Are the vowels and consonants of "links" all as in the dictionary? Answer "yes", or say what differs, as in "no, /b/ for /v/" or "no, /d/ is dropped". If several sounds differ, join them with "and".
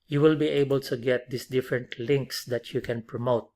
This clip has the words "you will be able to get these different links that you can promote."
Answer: yes